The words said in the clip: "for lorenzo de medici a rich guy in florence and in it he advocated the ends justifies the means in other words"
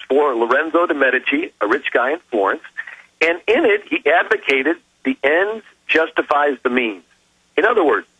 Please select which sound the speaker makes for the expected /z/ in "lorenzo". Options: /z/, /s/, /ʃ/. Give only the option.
/z/